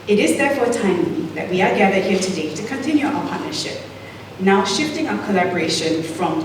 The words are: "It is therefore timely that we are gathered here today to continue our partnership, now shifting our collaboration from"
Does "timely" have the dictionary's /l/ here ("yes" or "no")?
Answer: no